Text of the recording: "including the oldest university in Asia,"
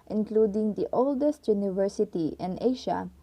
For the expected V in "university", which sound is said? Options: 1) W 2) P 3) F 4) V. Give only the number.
4